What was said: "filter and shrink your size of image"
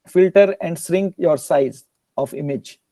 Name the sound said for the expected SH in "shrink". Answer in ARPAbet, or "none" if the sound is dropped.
S